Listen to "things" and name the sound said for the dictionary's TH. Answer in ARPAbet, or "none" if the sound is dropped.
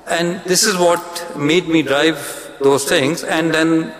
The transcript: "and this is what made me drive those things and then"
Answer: T